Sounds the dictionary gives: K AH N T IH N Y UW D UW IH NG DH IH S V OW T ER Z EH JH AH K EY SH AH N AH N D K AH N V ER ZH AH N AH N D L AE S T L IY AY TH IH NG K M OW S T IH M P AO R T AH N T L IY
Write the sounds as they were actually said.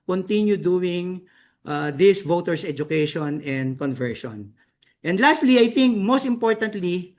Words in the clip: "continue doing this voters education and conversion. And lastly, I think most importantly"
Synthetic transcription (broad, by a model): K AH N T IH N Y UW D UW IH NG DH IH S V OW T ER S EH JH AH K EY SH AH N AH N D K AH N V ER SH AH N AH N D L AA S T L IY AY TH IH NG K M OW S T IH M P AO R T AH N T L IY